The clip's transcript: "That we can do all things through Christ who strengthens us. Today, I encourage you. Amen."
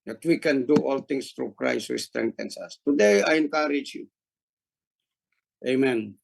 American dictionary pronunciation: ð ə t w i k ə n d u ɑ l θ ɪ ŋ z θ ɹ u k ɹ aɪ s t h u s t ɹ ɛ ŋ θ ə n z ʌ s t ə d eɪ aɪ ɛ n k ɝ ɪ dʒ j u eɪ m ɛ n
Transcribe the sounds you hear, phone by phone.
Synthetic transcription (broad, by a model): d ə t w i k ə n d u ɑ l t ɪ ŋ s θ ɹ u k ɹ aɪ s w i s t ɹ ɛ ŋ t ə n s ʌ s t ə d eɪ aɪ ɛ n k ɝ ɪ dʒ j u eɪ m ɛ n